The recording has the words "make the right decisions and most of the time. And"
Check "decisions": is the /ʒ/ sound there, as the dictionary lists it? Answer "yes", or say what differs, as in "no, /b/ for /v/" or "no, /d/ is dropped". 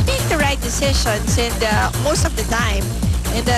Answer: no, /ʃ/ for /ʒ/